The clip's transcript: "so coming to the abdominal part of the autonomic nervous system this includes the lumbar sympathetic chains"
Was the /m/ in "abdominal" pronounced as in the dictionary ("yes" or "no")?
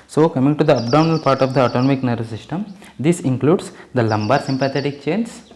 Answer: no